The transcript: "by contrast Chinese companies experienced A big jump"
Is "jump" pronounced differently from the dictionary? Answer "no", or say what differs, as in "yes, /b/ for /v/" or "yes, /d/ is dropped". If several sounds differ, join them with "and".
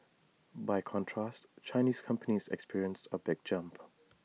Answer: no